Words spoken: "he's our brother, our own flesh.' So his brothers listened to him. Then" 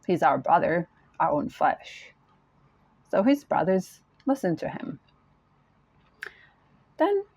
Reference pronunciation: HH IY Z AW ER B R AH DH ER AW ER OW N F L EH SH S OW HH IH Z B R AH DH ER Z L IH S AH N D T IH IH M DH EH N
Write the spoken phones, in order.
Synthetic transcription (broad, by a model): HH IY Z AW ER B R AH DH ER AW ER OW N F L EH SH S OW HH IH Z B R AH DH ER Z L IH S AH N T IH IH M DH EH N